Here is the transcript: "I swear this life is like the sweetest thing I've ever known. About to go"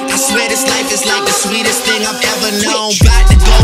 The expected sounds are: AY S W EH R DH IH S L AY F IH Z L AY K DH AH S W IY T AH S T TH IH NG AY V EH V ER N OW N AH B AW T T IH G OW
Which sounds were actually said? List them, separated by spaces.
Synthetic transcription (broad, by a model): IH S W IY R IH S L AY F IH Z L AY K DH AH S W IY T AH S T TH IH NG AY V EH V ER N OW AH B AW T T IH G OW